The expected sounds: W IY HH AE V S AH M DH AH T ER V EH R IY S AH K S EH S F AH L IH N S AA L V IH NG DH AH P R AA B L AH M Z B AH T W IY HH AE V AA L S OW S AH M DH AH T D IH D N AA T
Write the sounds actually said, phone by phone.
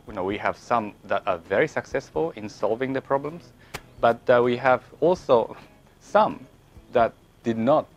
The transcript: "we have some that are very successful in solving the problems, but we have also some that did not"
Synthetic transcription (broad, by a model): W IY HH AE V S AH M DH AH T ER V EH R IY S AH K S EH S F AH L IH N S AA L V IH NG DH AH P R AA B L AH M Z B AH T W IY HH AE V AA L S OW S AH M DH AH T D IH D N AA T